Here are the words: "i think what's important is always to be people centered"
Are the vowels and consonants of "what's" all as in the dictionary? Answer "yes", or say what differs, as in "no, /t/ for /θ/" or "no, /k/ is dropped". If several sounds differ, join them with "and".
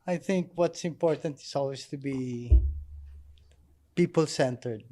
yes